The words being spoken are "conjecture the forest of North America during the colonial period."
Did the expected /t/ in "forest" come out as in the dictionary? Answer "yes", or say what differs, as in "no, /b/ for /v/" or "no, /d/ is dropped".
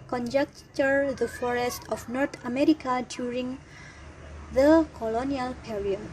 yes